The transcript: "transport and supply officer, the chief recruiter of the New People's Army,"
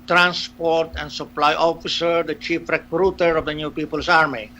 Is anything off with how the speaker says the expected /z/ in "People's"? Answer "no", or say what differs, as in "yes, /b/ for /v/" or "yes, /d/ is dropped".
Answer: yes, /s/ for /z/